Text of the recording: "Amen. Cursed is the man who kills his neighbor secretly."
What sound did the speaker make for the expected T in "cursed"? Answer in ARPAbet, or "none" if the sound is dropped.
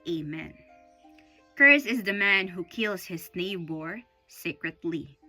none